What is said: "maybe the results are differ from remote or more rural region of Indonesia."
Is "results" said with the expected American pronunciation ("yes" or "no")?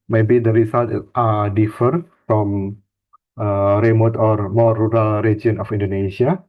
no